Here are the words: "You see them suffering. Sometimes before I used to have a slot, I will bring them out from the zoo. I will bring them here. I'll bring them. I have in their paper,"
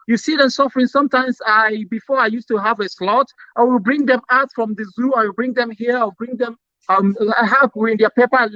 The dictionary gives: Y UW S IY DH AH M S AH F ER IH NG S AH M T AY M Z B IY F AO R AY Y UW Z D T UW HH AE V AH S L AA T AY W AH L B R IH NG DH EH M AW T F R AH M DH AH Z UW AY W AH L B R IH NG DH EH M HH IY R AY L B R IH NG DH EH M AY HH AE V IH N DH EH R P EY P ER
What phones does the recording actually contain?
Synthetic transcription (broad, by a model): Y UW S IY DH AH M S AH F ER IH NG S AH M T AY M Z B IY F AO R AY Y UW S T UW HH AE V AH S L AA T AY W AH L B R IH NG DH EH M AW T F R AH M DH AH Z UW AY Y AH B R IH NG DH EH M HH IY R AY W B R IH NG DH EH M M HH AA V IH N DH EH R P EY P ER